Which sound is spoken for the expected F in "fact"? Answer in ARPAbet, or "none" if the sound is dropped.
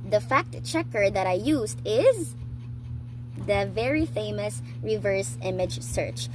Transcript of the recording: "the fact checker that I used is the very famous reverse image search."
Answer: F